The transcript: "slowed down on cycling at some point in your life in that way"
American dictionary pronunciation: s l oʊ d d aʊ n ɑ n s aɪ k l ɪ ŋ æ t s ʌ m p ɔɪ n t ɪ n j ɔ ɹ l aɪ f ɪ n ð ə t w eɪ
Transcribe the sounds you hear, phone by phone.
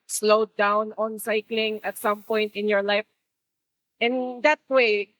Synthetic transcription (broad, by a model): s l oʊ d d aʊ n ɑ n s aɪ k l ɪ ŋ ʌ t s ʌ m p ɔɪ n t ɪ n j ɔ ɹ l aɪ f ɪ n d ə t w eɪ